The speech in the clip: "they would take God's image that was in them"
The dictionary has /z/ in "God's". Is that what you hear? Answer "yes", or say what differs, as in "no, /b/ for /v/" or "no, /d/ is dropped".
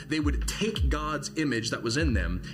yes